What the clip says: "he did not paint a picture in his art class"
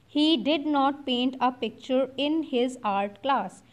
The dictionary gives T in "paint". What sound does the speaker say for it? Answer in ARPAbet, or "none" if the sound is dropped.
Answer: T